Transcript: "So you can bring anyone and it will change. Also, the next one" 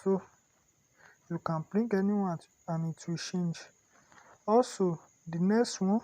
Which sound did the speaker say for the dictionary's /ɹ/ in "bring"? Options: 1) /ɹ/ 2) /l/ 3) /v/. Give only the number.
2